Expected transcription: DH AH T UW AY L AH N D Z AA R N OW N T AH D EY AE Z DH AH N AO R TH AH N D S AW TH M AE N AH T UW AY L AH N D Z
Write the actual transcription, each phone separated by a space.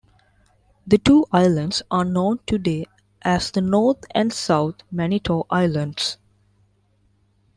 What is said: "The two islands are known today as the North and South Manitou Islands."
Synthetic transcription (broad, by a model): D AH T UW AY L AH N D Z AA R N OW N T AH D EY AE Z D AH N AO R T AH N D S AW T M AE N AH T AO AY L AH N D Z